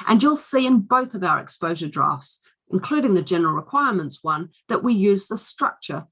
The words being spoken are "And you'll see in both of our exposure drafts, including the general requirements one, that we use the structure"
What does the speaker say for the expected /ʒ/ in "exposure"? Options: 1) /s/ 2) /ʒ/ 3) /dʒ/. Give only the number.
2